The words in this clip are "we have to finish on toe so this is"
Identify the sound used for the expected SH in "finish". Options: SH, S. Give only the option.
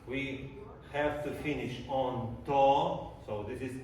SH